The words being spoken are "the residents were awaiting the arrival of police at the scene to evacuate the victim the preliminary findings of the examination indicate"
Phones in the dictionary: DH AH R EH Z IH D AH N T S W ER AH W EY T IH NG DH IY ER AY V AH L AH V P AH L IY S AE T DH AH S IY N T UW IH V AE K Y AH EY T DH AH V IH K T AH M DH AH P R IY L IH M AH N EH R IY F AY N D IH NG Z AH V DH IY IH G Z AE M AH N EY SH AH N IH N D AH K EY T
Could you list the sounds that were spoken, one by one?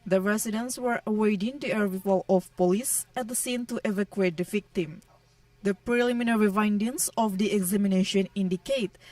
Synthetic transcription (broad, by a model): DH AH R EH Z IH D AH N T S W ER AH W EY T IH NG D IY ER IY F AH L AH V P AH L IY S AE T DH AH S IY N T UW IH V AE K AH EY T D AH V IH K T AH M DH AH P R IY L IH M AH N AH R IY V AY N D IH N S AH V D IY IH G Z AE M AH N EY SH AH N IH N D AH K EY T